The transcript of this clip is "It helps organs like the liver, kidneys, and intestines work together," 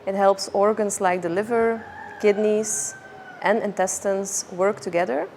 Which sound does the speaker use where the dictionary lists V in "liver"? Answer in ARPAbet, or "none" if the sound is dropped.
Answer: V